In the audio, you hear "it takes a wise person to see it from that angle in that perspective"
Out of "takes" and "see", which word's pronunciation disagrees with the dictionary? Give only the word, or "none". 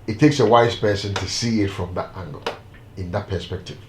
none